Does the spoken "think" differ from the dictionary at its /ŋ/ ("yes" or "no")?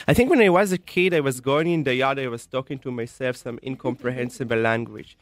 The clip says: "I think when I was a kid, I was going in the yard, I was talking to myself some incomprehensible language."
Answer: no